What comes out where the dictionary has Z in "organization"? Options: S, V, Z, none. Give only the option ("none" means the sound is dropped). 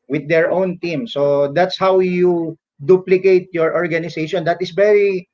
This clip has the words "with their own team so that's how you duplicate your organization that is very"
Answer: S